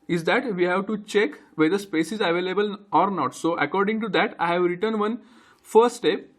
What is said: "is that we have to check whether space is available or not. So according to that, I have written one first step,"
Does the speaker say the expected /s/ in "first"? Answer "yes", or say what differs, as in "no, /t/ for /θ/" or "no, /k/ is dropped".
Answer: no, /s/ is dropped